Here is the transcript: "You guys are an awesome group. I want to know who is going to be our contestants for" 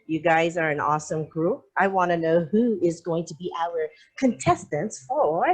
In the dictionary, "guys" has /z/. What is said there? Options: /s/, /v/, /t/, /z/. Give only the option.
/z/